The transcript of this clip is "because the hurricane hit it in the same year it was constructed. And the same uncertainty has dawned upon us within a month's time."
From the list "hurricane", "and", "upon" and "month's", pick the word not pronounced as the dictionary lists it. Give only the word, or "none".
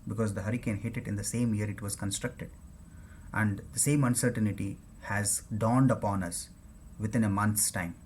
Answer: month's